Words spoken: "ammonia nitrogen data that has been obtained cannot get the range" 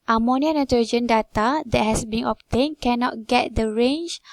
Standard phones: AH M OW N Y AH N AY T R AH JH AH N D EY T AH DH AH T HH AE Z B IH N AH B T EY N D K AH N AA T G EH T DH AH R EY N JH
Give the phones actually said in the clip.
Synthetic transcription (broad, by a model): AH M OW N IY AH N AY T AH JH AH N D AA T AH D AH T HH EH S B IH N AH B T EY N K AH N AA T G EH T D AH R EY N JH